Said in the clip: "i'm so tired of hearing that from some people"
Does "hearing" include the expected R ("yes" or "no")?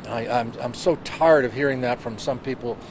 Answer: yes